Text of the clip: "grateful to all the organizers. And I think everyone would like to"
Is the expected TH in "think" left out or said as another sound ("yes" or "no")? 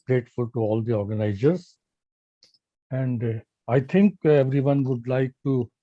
yes